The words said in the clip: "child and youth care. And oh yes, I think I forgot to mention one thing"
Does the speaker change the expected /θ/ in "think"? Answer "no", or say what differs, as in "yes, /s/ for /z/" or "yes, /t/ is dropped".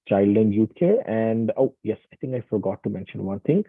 yes, /t/ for /θ/